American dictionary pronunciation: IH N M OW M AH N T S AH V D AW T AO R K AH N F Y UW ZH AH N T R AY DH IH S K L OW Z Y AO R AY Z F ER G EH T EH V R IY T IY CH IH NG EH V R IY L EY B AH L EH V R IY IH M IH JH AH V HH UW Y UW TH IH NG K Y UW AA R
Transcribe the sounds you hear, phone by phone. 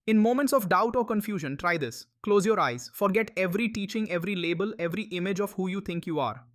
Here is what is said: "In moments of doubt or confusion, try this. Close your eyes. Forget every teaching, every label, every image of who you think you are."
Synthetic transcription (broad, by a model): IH N M OW M AH N T S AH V D AW T AO R K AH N F Y UW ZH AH N T R AY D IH S K L OW Z Y AO R AY Z F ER G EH T EH V R IY T IY CH IH NG EH V R IY L EY B AH L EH V R IY IH M IH JH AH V HH UW Y UW T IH NG K Y UW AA R